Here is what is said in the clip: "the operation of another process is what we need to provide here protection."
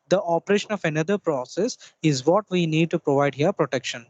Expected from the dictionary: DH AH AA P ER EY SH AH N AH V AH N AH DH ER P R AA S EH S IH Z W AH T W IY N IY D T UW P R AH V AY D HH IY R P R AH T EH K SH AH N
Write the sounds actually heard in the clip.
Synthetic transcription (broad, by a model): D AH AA P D EY SH AH N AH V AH N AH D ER P R AA S EH S IH Z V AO T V IY N IY D T UW P R AH V AY D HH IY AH P R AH T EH K SH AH N